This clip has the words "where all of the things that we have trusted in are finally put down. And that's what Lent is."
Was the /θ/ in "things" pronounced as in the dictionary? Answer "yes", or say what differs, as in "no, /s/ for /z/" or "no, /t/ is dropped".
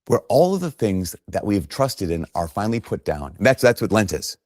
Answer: yes